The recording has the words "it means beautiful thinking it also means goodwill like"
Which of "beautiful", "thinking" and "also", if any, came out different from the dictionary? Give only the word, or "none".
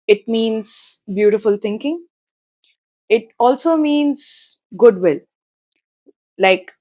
thinking